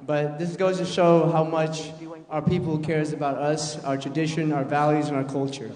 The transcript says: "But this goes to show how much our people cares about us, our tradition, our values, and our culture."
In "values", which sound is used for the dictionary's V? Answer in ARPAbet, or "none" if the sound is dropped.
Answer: V